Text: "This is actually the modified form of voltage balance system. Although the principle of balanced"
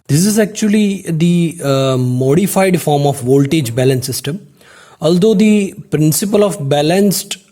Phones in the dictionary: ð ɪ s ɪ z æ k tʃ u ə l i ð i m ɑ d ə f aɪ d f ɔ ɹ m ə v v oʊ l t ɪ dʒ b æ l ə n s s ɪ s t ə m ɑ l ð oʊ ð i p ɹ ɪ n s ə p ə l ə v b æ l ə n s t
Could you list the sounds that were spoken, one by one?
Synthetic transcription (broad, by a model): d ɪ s ɪ z æ k tʃ u ə l i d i m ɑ d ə f aɪ d f ɔ ɹ m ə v v oʊ l t ɪ dʒ b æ l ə n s s ɪ s t ə m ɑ l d oʊ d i p ɹ ɪ n s ə p ə l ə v b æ l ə n s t